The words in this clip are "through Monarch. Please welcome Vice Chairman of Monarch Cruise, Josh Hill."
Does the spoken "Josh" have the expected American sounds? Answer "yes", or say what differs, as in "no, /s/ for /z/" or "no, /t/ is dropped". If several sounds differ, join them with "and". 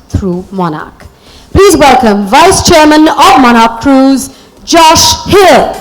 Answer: yes